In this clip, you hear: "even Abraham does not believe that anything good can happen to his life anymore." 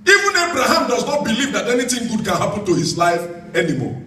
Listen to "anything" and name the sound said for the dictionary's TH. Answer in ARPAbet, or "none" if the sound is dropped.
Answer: T